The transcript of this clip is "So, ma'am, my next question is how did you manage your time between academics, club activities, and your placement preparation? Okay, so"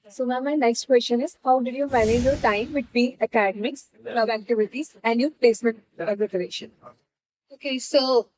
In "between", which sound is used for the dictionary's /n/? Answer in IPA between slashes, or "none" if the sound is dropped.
none